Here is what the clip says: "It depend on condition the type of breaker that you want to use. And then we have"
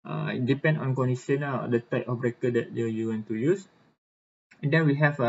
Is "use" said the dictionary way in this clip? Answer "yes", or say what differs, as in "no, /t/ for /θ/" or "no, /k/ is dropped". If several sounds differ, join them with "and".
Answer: yes